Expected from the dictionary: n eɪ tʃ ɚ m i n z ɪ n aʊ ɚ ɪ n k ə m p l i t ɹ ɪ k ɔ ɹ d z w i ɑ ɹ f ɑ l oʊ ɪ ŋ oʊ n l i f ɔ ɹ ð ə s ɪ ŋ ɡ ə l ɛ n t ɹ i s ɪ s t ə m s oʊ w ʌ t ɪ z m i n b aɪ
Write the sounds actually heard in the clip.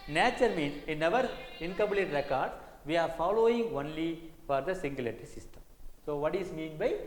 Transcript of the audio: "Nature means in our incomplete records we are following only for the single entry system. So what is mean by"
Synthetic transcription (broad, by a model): n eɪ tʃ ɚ m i n s ɪ n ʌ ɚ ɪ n k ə m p l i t ɹ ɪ k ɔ ɹ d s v i ɑ ɹ f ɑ l oʊ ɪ ŋ oʊ n l i f ɔ ɹ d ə s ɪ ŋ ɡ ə l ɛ t i s ɪ s t ə m s oʊ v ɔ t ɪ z m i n b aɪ